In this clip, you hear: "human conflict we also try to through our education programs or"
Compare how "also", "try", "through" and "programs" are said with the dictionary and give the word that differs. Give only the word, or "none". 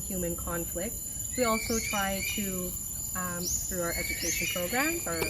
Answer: programs